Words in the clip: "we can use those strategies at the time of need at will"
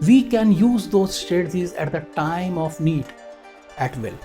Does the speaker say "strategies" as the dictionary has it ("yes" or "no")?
no